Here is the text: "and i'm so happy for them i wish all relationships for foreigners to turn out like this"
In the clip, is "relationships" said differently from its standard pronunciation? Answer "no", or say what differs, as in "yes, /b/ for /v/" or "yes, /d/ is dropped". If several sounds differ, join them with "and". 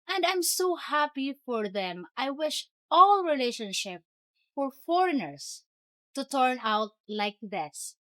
yes, /s/ is dropped